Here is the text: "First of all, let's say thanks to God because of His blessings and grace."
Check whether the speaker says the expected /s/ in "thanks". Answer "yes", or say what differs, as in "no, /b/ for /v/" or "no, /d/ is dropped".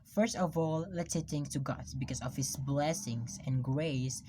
no, /s/ is dropped